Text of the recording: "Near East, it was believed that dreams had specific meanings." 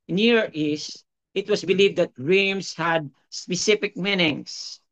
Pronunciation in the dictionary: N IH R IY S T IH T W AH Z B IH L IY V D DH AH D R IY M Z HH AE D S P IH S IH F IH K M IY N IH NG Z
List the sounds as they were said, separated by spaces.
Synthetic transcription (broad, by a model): N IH R IY S T IH T W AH S B IH L IY V D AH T R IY M S HH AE D S P IH S IH F IH K M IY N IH NG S